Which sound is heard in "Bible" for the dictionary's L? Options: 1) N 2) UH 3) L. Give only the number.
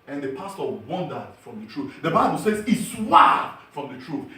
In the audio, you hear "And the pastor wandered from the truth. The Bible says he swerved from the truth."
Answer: 3